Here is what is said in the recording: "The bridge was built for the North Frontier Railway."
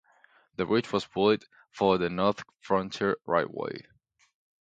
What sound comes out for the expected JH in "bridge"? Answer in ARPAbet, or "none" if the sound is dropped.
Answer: CH